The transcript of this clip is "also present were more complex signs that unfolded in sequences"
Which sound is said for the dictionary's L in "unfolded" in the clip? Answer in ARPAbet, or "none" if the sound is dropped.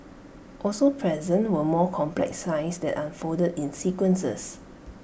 none